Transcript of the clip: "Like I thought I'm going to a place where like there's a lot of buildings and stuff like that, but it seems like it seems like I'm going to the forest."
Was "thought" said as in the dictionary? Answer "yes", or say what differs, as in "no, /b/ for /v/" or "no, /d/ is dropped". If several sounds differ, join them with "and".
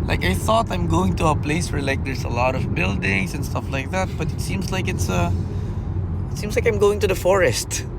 yes